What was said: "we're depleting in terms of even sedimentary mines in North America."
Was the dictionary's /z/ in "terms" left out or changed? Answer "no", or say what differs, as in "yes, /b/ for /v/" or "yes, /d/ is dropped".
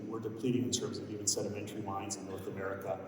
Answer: no